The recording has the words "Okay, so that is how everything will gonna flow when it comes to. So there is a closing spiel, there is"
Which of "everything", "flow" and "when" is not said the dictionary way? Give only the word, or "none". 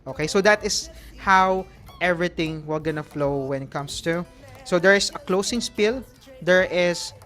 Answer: everything